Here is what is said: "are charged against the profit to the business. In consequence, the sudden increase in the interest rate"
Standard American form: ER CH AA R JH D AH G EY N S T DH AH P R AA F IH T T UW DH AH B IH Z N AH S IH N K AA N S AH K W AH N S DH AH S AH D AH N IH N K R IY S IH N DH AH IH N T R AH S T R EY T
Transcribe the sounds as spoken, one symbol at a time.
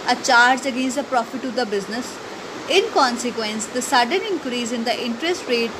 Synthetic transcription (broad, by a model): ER CH AA R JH AH G EY N S T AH P R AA F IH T T UW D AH B IH Z N AH S IH N K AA N S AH K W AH N S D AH S AH D AH N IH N K R IY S IH N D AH IH N T R AH S T R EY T